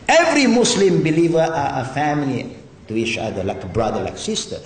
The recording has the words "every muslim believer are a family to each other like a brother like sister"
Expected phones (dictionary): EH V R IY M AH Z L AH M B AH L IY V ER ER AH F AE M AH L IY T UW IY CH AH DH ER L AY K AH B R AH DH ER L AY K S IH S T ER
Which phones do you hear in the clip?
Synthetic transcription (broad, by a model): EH V R IY M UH S L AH M B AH L IY V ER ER AH F AE M AH L IY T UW IY CH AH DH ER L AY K B R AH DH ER L AY K S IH S T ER